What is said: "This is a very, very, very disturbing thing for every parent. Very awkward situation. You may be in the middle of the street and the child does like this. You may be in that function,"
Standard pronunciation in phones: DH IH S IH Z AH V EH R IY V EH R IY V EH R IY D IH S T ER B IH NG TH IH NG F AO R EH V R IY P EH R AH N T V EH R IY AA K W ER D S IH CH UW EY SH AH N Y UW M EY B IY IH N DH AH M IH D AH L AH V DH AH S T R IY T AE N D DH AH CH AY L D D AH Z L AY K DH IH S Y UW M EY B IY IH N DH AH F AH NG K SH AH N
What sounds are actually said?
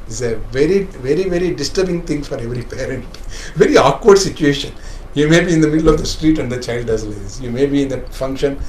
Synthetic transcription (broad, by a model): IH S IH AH V EH R IY V EH R IY V EH R IY D IH S T ER B IH NG T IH NG F AO R EH V R IY P EH R AH N T V EH R IY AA K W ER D S IH CH UW EY SH AH N Y UW M EY B IY IH N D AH M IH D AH L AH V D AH S T R IY T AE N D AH CH AY L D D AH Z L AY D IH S Y UW M EY B IY IH N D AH F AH NG K SH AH N